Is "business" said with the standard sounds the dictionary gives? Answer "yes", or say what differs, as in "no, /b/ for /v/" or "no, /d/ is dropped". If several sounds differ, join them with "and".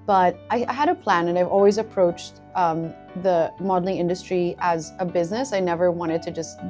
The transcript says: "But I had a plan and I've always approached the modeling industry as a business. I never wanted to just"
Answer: yes